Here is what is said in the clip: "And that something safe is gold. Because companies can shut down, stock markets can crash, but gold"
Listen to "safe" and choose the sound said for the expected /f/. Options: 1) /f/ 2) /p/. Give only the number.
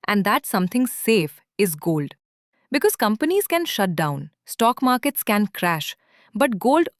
1